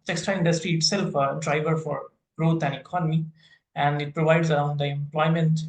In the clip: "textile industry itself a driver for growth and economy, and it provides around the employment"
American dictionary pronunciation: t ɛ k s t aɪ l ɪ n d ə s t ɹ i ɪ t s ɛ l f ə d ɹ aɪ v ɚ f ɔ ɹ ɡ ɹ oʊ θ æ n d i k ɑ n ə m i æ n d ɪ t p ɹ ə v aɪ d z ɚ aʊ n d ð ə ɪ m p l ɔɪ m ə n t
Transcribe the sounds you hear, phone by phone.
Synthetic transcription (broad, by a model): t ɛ k s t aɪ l ɪ n d ə s t ɹ i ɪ t s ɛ l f ə d ɹ aɪ v ɚ f ɔ ɹ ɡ ɹ oʊ t æ n d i k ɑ n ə m i æ n d ɪ t p ɹ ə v aɪ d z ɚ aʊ n d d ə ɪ m p l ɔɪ m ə n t